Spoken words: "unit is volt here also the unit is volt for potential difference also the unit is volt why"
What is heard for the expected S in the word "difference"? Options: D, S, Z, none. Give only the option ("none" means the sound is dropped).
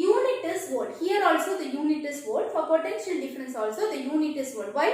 S